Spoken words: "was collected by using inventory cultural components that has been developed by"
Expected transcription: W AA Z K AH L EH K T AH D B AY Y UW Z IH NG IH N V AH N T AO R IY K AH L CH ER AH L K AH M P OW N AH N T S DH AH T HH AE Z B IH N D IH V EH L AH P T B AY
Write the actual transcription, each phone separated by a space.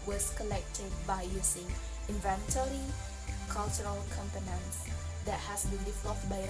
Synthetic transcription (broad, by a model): W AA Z K AH L EH K T AH D B AY Y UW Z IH NG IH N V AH N T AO R IY K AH L CH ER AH L K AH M P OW N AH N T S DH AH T HH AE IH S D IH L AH F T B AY